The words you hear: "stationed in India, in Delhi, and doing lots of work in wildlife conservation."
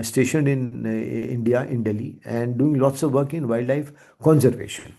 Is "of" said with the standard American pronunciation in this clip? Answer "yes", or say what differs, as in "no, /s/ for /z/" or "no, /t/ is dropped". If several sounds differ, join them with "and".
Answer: yes